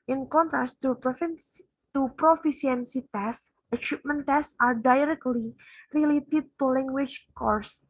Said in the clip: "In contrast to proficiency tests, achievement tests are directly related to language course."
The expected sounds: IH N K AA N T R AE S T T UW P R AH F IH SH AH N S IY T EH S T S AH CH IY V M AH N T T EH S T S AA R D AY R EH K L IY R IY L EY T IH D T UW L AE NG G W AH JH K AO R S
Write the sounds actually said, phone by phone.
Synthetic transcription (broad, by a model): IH N K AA N T R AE S T T UW P R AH F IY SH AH N S IY T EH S S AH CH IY P M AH N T T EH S S AA R D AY R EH K L IY R IY L EY T IH D T UW L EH NG G W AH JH K AO R S